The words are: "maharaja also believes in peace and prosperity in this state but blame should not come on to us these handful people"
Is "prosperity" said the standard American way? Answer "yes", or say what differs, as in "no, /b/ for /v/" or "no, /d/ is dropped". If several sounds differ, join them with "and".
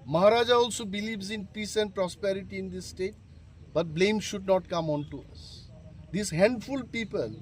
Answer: yes